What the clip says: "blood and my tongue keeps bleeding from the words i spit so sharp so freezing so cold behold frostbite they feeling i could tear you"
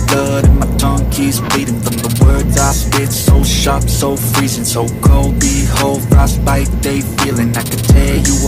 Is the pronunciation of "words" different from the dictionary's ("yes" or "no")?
no